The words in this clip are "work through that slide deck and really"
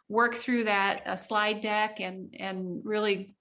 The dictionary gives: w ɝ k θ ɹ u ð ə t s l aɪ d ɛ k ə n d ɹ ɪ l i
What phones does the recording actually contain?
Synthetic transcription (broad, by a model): w ɝ k θ ɹ u ð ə t s l aɪ d ɛ k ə n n ɹ ɪ l i